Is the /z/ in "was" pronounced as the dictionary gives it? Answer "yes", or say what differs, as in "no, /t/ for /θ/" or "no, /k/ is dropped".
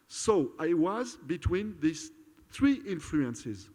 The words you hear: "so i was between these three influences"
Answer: yes